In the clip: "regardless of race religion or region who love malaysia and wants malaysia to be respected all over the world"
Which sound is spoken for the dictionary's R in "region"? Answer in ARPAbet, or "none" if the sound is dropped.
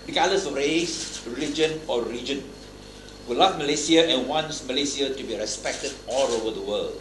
L